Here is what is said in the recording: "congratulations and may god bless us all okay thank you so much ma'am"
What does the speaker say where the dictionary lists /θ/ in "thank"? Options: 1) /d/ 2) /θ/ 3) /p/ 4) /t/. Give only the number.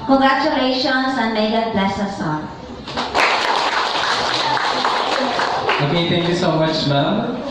4